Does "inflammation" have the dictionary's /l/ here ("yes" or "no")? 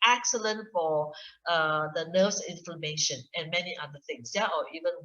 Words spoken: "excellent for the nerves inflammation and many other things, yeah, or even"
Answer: no